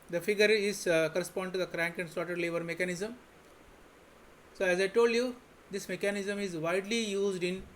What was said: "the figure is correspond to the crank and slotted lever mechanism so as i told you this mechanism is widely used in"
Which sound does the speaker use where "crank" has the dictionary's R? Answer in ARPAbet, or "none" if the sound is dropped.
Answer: R